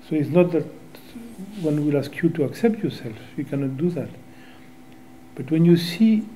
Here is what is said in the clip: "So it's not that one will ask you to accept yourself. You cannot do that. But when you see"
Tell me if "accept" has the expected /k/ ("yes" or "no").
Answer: yes